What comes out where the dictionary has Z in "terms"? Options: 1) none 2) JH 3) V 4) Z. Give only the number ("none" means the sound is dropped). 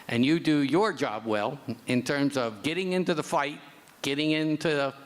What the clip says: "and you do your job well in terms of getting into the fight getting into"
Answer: 4